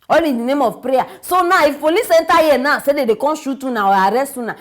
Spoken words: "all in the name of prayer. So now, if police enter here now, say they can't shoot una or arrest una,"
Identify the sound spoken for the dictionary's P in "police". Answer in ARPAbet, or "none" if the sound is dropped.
F